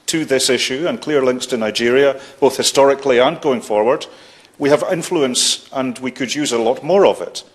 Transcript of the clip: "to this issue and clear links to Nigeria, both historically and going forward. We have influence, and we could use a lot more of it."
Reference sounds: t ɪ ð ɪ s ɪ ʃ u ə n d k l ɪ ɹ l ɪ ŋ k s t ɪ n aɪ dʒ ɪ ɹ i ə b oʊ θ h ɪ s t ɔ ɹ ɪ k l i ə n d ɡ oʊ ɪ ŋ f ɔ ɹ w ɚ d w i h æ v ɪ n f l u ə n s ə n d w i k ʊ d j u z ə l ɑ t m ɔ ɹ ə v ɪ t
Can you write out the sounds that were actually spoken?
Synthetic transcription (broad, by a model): t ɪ ð ɪ s ɪ ʃ u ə n k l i ɹ l ɪ ŋ k s t ɪ n aɪ dʒ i ɹ i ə b oʊ θ h ɪ s t ɔ ɹ ɪ k l i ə n ɡ oʊ ɪ ŋ f ɔ ɹ w ɚ d w i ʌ v ɪ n f l u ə n s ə n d w i k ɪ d j u z ə l ɑ t m ɔ ɹ ə v ɪ t